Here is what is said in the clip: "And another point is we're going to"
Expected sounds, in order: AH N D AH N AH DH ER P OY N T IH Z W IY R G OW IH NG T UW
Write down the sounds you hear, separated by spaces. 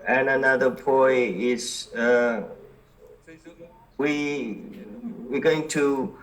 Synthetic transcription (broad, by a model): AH N AH N AH DH ER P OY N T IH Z W IY W G OW IH NG T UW